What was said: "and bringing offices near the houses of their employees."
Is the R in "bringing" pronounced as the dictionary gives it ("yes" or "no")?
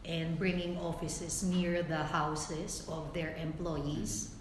yes